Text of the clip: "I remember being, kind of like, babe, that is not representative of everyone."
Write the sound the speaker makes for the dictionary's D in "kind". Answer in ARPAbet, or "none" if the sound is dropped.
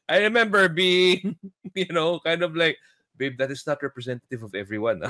D